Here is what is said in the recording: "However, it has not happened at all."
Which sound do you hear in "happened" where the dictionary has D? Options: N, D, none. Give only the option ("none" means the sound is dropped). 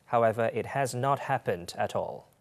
D